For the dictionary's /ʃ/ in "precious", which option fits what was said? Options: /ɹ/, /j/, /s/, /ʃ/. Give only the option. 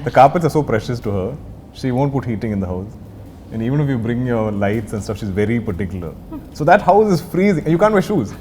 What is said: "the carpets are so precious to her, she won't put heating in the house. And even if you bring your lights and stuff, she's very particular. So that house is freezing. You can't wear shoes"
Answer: /ʃ/